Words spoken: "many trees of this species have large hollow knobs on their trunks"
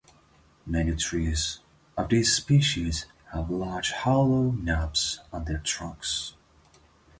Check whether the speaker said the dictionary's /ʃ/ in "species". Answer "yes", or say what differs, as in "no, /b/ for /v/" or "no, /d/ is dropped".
yes